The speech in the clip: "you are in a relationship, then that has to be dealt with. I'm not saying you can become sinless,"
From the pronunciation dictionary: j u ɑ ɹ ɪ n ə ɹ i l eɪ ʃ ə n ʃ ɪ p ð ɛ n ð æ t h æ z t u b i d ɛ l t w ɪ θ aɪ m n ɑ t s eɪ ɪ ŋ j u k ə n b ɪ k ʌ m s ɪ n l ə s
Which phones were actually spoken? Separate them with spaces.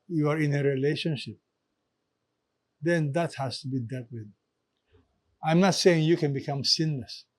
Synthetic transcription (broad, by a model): j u ɑ ɹ ɪ n ə ɹ i l eɪ ʃ ə n ʃ ɪ p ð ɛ n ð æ t h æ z t u b i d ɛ t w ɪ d aɪ m n ɑ t s eɪ ɪ ŋ j u k ə n b ɪ k ʌ m s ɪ n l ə s